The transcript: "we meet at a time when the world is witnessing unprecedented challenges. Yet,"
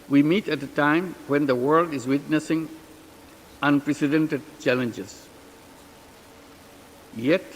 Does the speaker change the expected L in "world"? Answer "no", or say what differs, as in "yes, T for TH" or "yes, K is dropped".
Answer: no